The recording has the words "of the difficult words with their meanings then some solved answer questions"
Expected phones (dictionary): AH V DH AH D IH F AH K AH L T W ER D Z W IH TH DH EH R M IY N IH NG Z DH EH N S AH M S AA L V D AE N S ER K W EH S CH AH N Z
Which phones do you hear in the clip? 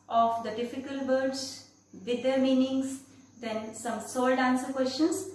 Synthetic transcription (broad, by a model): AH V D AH D IH F AH K AH L T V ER D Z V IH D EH R M IY N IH NG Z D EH N S AH M S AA L D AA N S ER K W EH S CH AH N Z